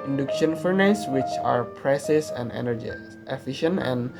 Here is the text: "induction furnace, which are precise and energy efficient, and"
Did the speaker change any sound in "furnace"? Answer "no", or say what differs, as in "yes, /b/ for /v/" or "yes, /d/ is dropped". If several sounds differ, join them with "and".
no